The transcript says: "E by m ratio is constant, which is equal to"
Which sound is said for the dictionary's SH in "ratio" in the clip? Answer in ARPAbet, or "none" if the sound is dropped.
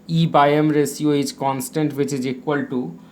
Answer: S